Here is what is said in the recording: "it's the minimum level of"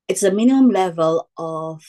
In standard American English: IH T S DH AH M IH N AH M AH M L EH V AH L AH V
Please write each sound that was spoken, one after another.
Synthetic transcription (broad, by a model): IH T S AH M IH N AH M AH M L EH V AH L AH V